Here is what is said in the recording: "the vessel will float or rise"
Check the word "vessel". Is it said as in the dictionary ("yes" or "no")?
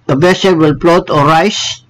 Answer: no